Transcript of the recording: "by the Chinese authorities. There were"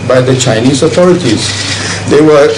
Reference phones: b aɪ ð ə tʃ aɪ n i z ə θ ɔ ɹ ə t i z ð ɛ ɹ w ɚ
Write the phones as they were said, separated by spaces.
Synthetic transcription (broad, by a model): b aɪ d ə tʃ aɪ n i z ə t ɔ ɹ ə t i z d ɛ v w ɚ